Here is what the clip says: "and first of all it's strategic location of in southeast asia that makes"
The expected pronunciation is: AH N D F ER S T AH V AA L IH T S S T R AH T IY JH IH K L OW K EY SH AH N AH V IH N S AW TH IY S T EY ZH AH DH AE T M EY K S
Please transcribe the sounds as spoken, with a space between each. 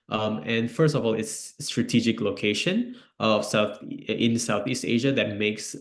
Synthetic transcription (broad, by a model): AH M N F ER S T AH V AA L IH T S S T R AH T IY JH IH K L OW K EY SH AH N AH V IH N S AW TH IY S T EY ZH AH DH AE T M EY K S